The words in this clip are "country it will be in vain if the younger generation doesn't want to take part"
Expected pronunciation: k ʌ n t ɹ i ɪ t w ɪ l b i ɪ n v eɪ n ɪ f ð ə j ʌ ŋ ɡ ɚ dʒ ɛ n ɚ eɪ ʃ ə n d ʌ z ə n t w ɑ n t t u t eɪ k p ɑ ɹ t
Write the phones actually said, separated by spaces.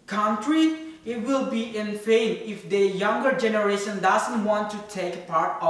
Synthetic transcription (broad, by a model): k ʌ n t ɹ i ɪ t w ɪ l b i ɪ n f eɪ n ɪ f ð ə j ʌ ŋ ɡ ɚ dʒ ɛ n ɚ eɪ ʃ ə n d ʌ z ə n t w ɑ n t t u t eɪ k p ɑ ɹ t